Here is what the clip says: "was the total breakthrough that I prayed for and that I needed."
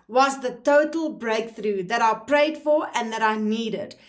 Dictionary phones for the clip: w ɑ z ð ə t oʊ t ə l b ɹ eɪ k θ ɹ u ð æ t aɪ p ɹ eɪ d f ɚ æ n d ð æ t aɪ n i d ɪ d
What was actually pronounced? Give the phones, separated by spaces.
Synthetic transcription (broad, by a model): w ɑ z ð ə t oʊ t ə l b ɹ eɪ k θ ɹ u ð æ t aɪ p ɹ eɪ d f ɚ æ n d ð æ t aɪ n i d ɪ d